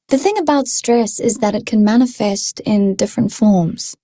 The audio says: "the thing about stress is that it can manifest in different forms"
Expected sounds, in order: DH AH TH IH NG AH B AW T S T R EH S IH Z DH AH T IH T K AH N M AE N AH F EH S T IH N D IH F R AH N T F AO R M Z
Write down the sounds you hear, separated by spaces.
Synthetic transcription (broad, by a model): DH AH TH IH NG AH B AW T S T R EH S IH Z DH AH T IH T K AH N M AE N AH F EH S T IH N D IH F R AH N T F AO R M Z